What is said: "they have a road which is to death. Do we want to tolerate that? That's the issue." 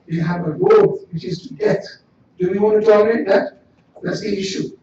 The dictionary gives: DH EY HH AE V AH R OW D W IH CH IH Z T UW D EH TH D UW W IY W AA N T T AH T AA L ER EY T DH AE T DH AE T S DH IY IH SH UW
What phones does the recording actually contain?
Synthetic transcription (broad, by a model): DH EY HH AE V AH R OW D W IH CH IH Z T UW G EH T D UW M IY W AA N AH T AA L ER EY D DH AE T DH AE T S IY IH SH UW